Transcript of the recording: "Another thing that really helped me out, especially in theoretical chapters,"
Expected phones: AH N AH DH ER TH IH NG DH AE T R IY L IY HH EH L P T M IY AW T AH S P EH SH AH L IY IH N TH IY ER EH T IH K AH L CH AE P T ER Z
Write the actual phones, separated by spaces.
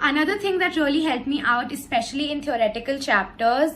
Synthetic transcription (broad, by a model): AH N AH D ER T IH NG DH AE T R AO L IY HH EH L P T M IY AW T AH S P EH SH AH L IY IH N T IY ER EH T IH K AH L CH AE P T ER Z